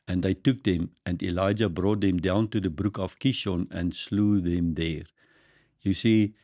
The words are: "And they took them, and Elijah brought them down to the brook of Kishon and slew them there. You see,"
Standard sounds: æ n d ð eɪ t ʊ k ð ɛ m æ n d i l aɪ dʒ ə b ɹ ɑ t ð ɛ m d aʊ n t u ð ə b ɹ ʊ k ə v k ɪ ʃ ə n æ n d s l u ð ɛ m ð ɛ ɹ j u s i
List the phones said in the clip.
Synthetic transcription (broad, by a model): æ n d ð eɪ t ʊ k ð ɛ m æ n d i l aɪ dʒ ə b ɹ ɑ t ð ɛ m d aʊ n t u ð ə b ɹ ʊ k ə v k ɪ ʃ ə n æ n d s l u ð ɛ m ð ɛ ɹ j u s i